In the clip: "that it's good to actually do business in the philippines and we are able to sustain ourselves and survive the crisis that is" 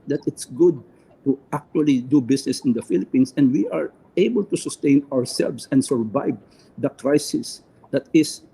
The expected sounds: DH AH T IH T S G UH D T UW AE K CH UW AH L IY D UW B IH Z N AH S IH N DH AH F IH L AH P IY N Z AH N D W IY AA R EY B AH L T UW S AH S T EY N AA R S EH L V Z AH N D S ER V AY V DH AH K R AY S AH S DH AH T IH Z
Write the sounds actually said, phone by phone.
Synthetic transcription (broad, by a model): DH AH T IH T S G UH D T UW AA K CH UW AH L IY D UW B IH S N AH S IH N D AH F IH L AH P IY N S AH N D W IY AA R EY B AH L T UW S AH S T EY N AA R S EH L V S AH N D S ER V AY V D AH K R AY S AH S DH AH T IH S